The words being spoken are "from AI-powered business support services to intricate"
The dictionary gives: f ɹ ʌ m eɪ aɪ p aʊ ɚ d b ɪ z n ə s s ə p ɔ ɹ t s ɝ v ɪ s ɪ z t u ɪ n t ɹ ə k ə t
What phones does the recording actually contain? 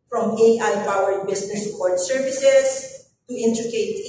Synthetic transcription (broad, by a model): f ɹ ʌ m eɪ aɪ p aʊ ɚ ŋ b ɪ s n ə s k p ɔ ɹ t s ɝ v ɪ s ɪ s t u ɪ n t ɹ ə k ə t